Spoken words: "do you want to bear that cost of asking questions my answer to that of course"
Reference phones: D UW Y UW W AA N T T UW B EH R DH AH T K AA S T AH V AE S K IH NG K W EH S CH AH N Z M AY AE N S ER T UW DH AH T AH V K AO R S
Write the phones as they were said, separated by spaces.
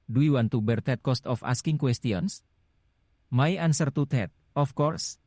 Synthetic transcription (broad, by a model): D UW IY W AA N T T UW B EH R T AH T K AA S T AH F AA S K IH NG K W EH S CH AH N S M AY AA N S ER T UW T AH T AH F K AO R S